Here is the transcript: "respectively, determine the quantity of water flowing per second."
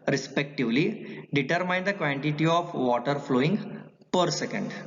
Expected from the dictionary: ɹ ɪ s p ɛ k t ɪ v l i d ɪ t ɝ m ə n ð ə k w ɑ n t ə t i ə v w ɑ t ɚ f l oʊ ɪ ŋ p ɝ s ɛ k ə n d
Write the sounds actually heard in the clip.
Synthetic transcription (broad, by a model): ɹ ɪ s p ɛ k t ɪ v l i d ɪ t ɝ m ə n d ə k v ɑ n t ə t i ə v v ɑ t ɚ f l oʊ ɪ ŋ p ɝ s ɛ k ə n d